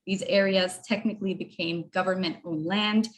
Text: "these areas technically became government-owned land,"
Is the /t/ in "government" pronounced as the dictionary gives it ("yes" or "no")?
yes